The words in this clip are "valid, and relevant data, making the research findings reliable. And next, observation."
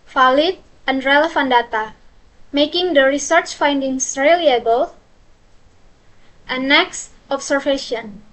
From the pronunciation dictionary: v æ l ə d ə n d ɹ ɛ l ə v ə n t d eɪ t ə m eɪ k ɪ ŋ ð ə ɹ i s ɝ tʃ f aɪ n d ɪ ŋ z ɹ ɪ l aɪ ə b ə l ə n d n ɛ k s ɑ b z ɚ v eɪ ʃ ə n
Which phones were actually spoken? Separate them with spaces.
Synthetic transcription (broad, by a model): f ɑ l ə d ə n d ɹ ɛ l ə f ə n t d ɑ t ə m eɪ k ɪ ŋ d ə ɹ i s ɝ tʃ f aɪ n d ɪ ŋ s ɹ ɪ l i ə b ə l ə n n ɛ k s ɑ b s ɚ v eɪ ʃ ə n